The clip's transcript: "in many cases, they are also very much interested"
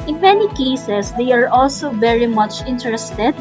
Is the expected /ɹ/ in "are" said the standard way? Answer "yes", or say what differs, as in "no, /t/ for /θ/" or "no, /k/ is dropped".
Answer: yes